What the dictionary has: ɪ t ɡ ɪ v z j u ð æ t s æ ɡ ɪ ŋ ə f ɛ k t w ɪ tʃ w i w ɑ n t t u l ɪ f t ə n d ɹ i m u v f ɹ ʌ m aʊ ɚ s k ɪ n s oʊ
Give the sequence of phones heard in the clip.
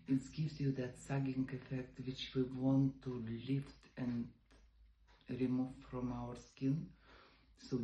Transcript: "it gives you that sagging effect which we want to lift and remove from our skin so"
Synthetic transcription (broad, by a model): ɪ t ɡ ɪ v s j u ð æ t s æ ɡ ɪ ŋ ə f ɛ k t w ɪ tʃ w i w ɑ n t t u l ɪ f t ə n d ɹ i m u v f ɹ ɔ m aʊ ɚ s k ɪ n s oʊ